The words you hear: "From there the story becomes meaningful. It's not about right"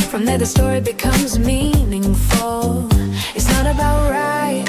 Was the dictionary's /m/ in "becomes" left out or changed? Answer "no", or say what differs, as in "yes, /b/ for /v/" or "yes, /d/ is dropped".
no